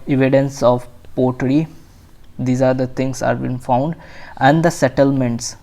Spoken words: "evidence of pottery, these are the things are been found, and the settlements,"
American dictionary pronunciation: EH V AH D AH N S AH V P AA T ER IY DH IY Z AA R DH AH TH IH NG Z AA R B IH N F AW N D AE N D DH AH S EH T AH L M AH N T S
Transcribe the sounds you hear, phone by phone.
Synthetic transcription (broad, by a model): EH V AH D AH N S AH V P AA T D IY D IY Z AA R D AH T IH NG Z AA R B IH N F AW N D AE N D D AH S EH T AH L M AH N T S